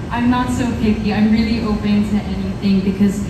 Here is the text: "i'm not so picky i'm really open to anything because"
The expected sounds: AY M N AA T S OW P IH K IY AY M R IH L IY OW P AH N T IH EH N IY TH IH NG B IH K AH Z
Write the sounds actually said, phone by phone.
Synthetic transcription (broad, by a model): AY M N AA T S OW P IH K IY AY M R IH L IY OW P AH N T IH EH N IY TH IH NG B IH K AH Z